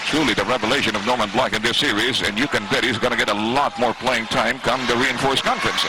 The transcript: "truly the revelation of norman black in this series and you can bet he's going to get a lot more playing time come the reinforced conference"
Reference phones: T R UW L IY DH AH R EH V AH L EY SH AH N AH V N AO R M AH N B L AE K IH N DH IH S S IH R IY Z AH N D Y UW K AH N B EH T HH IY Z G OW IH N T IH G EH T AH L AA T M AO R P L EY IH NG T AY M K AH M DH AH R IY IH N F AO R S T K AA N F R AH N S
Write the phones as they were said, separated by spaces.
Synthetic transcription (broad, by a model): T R UW L IY DH AH R EH V AH L EY SH AH N AH V N AO R M AH N B L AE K IH N DH IH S S IH R IY Z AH N Y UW K AH N B EH T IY Z G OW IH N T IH G EH T AH L AA T M AO R P L EY IH NG T AY M K AH M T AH R IY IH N F AO R S K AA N F R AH N S